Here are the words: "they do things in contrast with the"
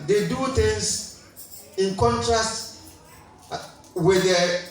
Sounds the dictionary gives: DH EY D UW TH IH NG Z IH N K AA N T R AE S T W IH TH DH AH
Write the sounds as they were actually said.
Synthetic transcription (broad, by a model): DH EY D UW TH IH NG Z IH N K AA N T R AE S T W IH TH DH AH